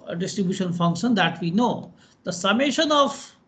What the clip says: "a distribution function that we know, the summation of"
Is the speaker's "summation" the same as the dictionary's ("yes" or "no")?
yes